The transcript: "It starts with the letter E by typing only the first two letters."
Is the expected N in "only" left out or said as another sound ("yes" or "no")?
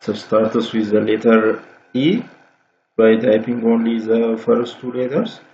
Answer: no